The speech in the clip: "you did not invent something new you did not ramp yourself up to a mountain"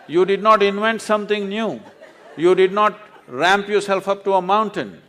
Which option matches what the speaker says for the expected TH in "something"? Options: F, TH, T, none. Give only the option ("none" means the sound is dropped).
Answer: T